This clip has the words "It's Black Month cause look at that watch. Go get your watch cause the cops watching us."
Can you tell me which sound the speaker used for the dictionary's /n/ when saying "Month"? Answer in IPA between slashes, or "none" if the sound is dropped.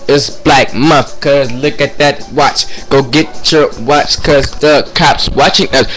none